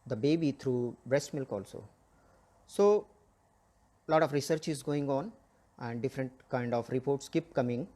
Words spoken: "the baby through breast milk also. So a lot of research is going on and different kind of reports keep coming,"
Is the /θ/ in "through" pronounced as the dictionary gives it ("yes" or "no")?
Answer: no